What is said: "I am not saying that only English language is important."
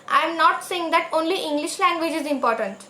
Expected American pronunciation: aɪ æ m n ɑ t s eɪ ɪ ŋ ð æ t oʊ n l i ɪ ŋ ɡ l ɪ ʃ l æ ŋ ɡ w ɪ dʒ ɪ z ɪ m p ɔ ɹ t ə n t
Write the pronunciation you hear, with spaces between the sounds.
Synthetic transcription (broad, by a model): aɪ m n ɑ t s eɪ ɪ ŋ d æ t oʊ n l i ɪ ŋ ɡ l ɪ ʃ l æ ŋ ɡ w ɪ dʒ ɪ z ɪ m p ɔ ɹ t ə n t